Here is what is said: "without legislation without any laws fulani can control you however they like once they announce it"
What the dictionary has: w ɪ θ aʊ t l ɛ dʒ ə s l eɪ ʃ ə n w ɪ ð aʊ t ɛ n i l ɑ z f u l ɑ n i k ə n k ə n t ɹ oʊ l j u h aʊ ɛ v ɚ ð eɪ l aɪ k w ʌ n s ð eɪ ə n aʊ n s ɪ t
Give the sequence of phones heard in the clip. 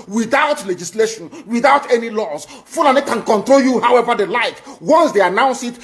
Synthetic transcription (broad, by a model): w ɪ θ aʊ t l ɛ dʒ ə s l eɪ ʃ ə n w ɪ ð aʊ t ɛ n i l ɑ s f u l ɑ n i k ə n k ə n t ɹ oʊ l j u h aʊ ɛ v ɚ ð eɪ l aɪ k w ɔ n s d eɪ ə n aʊ n s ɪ t